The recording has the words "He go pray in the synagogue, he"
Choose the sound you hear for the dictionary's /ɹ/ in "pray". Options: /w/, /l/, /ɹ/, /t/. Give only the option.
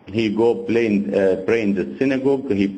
/l/